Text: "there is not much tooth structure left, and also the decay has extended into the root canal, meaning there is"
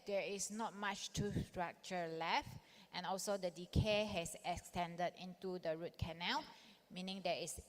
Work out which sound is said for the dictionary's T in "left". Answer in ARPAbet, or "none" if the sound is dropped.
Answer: T